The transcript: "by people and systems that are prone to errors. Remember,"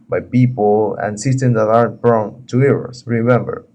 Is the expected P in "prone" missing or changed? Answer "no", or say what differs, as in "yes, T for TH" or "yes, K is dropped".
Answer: yes, B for P